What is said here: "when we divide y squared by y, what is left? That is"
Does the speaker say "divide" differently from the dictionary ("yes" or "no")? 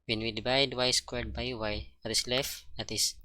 yes